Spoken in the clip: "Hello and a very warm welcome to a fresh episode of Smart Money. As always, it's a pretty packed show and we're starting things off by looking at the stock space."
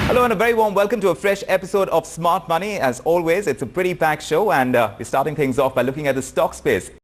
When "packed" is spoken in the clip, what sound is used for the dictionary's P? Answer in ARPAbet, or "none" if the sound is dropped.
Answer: B